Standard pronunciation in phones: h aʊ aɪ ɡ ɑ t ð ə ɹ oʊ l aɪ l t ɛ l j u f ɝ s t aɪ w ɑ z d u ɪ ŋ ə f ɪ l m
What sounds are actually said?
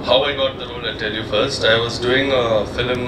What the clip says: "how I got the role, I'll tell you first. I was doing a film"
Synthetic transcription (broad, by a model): h aʊ aɪ ɡ ɑ t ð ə ɹ oʊ l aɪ n t ɛ l j u f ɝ s t aɪ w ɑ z d u ɪ ŋ ə f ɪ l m